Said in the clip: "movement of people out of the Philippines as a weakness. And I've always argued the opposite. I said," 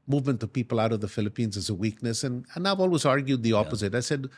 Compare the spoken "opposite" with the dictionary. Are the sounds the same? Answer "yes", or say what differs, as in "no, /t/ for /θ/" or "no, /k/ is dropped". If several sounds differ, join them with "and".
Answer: yes